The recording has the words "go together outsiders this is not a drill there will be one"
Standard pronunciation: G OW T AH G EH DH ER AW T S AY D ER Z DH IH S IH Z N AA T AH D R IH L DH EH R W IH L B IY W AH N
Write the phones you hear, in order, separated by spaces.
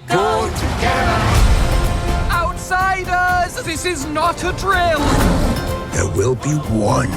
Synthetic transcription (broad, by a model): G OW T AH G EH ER AW T S AY D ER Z DH IH S IH Z N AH T AH D R IH L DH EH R W IH L B IY W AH N